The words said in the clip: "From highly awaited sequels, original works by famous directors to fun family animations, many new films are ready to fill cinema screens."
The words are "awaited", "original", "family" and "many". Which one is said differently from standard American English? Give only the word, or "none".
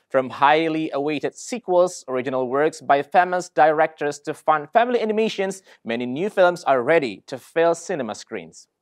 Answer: none